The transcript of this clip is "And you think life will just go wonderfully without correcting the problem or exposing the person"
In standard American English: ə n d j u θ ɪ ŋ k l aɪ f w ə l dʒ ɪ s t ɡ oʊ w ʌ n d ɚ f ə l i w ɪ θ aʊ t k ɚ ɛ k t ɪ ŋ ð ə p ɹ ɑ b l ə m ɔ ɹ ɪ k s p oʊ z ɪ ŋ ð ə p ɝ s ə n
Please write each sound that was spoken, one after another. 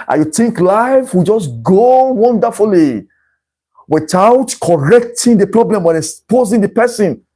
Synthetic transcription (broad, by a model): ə j u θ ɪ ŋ k l aɪ f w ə dʒ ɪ s ɡ oʊ w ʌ n d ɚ f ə l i w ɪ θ aʊ t k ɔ ɛ k t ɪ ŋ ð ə p ɹ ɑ b l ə m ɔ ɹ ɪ s p oʊ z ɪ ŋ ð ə p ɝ s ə n